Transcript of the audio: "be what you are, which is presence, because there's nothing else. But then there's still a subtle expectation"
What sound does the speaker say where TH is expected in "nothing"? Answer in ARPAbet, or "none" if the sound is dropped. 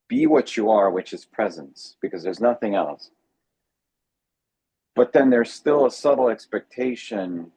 TH